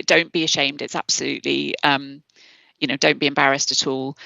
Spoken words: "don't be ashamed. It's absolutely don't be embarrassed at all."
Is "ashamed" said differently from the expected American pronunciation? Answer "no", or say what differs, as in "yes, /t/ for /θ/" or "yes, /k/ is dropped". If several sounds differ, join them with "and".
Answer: no